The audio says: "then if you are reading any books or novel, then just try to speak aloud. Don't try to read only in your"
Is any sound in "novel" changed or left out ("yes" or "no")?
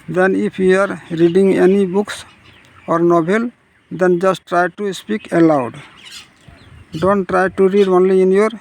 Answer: yes